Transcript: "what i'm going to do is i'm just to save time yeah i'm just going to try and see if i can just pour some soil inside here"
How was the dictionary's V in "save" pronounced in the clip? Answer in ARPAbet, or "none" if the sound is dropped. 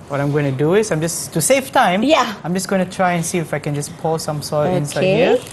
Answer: F